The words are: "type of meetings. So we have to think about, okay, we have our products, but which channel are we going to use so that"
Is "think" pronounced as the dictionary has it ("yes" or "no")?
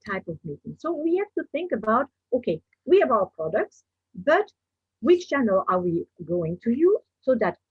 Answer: yes